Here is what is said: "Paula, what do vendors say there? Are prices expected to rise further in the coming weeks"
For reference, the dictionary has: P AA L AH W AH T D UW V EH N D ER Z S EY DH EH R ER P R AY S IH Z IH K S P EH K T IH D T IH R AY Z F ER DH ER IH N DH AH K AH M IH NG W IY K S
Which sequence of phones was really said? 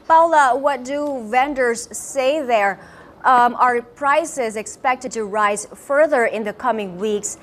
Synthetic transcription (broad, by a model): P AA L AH W AH T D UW V EH N D ER Z S EY DH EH R ER P R AY S IH Z IH K S P EH K T IH D T IH R AY Z F ER DH ER IH N DH AH K AH M IH NG W IY K S